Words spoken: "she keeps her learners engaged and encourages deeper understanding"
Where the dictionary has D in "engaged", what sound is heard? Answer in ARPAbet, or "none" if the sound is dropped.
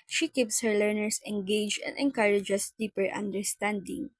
none